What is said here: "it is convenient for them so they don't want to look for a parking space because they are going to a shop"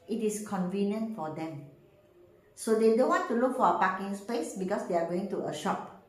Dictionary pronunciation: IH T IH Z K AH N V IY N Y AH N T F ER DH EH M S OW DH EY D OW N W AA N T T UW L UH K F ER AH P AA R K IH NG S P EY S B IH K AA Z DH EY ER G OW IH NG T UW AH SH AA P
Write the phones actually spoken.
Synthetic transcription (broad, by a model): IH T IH S K AH N V IY N Y AH N T F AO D EH M S OW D EY D OW N W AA N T T UW L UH K F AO AH P AA K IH NG S P EY S B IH K AA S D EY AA G OW IH NG T UW AH SH AA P